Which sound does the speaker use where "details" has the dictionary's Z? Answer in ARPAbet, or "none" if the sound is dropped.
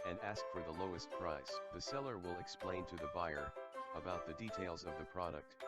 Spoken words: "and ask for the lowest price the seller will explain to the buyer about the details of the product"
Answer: Z